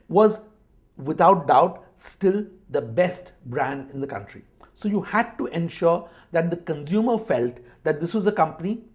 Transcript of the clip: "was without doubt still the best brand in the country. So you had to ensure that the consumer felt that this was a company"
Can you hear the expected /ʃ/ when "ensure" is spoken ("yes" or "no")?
yes